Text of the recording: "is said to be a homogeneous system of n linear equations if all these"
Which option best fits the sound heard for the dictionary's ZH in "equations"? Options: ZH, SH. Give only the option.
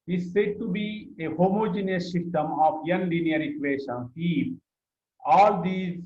SH